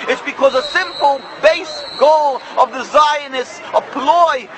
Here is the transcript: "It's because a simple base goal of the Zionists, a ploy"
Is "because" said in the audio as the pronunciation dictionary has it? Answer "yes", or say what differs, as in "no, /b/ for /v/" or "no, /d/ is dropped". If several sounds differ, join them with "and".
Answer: yes